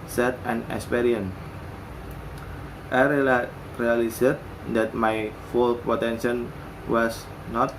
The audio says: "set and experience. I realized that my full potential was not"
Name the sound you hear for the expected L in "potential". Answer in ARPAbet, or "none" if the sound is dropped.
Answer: N